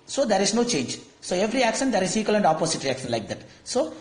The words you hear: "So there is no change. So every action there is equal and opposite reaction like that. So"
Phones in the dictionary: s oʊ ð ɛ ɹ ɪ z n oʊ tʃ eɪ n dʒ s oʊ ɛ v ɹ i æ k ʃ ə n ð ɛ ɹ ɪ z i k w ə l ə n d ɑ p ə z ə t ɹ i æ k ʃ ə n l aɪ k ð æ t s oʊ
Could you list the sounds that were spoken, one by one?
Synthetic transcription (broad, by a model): s oʊ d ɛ ɹ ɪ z n oʊ tʃ eɪ n dʒ s oʊ ɛ v ɹ i æ k ʃ ə n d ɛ ɹ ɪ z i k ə l ə n d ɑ p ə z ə t ɹ i æ k ʃ ə n l aɪ k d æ t s oʊ